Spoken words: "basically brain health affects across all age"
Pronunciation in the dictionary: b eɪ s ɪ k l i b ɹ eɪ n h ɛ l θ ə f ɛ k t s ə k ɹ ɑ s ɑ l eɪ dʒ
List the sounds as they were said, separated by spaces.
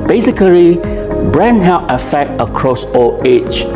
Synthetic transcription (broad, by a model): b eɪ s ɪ k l i b ɹ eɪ n h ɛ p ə f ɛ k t ə k ɹ ɑ s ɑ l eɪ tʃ